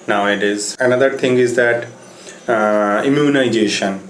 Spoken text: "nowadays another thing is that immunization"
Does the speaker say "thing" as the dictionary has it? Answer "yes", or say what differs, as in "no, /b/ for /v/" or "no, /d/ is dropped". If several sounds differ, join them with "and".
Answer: no, /t/ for /θ/